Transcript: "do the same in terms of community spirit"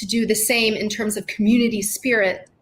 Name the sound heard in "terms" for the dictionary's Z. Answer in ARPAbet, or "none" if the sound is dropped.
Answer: Z